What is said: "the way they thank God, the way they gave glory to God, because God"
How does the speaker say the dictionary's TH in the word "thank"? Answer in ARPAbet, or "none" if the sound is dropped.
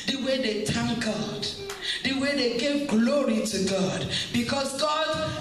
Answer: T